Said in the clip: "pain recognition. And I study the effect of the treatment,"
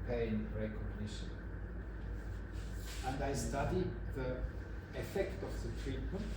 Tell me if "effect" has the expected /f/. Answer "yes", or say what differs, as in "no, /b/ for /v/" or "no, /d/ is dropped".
yes